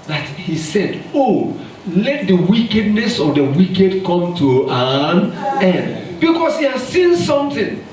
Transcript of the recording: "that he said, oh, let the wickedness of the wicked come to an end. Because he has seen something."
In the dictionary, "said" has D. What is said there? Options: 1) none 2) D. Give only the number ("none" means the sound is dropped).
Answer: 2